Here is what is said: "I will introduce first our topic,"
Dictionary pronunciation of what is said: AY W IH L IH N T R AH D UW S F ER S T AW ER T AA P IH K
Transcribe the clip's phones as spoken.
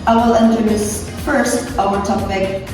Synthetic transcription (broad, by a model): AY W IH L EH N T AH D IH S F ER S T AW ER T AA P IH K